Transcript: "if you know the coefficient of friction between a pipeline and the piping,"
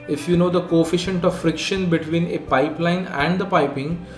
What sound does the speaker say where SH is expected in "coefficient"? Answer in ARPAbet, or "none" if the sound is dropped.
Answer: SH